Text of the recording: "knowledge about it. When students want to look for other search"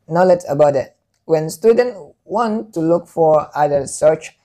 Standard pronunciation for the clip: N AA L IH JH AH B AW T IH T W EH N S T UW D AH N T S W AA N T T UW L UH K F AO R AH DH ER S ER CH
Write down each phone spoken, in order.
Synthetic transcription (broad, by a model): N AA L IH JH AH B AW T IH T W EH N S T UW D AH N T W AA N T T UW L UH K F AO R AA ER S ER CH